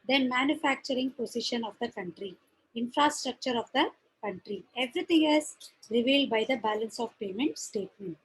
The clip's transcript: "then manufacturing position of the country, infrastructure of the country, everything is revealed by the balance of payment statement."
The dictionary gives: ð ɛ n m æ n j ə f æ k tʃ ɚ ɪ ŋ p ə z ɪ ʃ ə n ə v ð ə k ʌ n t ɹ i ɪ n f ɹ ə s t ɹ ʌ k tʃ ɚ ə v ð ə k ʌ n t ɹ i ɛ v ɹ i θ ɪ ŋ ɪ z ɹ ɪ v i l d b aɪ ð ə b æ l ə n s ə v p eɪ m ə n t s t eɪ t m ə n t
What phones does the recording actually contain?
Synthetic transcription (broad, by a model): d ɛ n m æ n j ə f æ k tʃ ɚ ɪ ŋ p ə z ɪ ʃ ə n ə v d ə k ʌ n t ɹ i ɪ n f ɹ ə s t ɹ ʌ k tʃ ɚ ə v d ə k ʌ n t ɹ i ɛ v ɹ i t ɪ ŋ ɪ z ɹ ɪ v i l d b aɪ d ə b æ l ə n s ə v p eɪ m ə n t s t eɪ t m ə n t